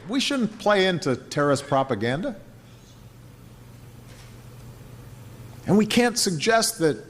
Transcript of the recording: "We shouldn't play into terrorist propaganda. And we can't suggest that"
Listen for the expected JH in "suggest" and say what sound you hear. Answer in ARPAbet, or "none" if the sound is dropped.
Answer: JH